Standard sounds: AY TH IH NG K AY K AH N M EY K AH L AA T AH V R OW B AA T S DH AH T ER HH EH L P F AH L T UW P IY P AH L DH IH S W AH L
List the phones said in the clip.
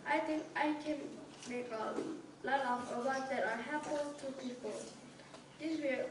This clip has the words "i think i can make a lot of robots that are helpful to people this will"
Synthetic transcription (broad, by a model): AY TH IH NG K AY K AH N M EY K AH L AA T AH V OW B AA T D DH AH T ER HH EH P AH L T UW P IY P AH L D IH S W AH